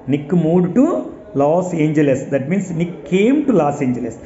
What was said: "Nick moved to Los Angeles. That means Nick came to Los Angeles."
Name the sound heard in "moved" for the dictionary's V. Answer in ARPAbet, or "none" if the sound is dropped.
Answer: none